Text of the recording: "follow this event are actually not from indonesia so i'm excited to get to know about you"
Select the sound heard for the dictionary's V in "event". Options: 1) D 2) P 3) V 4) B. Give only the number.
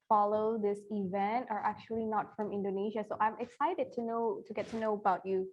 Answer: 3